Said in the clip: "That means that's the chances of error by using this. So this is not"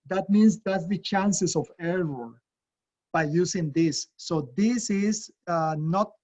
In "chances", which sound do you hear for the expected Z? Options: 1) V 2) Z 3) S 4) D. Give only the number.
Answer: 3